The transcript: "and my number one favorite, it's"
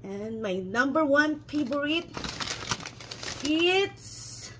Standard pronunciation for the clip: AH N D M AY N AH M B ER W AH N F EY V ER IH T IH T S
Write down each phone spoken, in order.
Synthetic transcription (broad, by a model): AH N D M AY N AH M B ER W AH N P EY B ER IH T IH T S